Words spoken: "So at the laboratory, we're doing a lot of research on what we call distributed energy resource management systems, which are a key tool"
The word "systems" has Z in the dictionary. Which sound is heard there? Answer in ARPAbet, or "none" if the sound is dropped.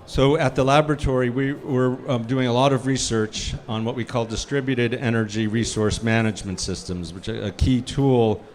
Z